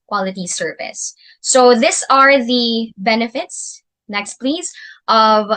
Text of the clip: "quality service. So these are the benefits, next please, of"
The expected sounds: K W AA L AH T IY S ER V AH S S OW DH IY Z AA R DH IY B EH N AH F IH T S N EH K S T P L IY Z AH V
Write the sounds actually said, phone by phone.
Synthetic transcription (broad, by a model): K W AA L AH T IY S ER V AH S S OW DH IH S AA R DH IY B EH N AH F IH T S N EH K S T P L IY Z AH V